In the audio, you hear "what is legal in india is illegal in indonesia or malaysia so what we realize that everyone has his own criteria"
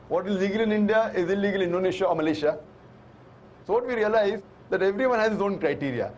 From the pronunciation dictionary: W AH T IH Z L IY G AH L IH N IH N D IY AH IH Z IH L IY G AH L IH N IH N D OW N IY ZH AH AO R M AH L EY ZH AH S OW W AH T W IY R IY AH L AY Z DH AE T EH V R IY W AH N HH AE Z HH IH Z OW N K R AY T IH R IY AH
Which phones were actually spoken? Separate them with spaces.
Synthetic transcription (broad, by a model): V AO T IH Z L IY G AH L IH N IH N D IY AH IH Z IH L IY G AH L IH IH N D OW N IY SH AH AO R M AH L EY SH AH S OW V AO T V IY R IY AH L AY Z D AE T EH V R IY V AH N HH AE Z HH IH S OW N K R AY T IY R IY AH